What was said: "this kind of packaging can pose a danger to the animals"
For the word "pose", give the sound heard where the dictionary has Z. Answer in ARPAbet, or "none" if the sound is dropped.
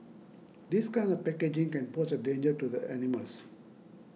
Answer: S